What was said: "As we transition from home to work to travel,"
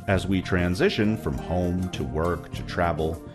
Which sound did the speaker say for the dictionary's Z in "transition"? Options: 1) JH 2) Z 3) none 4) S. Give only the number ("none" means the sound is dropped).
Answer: 2